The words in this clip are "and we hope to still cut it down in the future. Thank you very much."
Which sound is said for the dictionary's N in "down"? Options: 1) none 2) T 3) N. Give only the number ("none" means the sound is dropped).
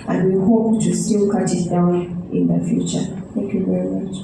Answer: 1